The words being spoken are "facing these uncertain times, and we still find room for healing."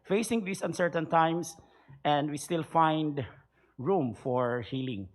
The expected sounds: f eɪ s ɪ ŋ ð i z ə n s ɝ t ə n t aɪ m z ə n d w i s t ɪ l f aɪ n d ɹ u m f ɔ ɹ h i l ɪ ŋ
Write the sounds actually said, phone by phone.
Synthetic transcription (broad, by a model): f eɪ s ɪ ŋ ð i s ə n s ɝ t ə n t aɪ m s ə n d w i s t ɪ l f aɪ n d ɹ u m f ɔ ɹ h i l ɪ ŋ